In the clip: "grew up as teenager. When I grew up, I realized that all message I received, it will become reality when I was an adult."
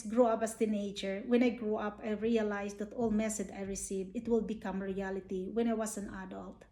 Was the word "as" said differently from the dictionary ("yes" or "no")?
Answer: yes